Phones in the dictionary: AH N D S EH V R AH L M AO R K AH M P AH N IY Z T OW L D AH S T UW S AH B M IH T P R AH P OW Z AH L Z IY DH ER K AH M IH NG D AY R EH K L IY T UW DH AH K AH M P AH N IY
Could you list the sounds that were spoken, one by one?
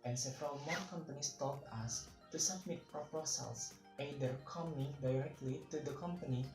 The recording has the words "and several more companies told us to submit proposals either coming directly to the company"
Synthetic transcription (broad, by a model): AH N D S EH V R AH L M AO R K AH M P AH N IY S T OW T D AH S T UW S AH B M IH T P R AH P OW S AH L S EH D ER K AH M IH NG D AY R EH K L IY T UW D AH K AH M P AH N IY